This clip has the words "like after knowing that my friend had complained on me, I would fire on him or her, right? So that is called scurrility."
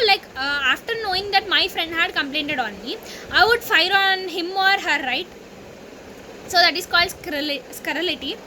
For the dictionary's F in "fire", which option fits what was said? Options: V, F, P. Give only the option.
F